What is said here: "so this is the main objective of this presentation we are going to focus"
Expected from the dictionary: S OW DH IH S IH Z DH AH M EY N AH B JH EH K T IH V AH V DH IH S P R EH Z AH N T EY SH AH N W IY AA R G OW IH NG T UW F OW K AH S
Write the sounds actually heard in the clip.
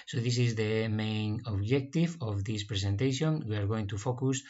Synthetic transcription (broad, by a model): S OW DH IH S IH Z DH AH M EY N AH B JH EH K T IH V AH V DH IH S P R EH S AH N T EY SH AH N W IY AA R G OW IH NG T UW F OW K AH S